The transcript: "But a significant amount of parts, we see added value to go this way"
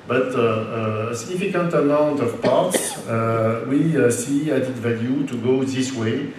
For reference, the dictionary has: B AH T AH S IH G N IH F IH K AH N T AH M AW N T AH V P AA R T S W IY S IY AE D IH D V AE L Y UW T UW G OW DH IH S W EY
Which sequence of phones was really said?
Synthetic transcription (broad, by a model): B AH T AH S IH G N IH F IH K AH N T AH M AW N T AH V P AA R T S W IY S IY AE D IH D V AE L Y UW T UW G OW DH IH S W EY